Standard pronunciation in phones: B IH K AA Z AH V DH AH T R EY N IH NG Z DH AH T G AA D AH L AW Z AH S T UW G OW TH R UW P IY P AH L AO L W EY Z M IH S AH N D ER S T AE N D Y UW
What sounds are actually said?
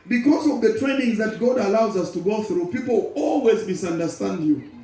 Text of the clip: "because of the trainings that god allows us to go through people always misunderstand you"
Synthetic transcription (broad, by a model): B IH K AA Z AH V DH AH T R EY N IH NG Z DH AH T G AA D AH L AW Z AH S T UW G OW TH R UW P IY P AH L AO L W EY Z M IH S AH N D ER S T AE N D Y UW